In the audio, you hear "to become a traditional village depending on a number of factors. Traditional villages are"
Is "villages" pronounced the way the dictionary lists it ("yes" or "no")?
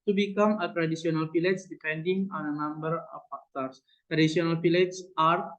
no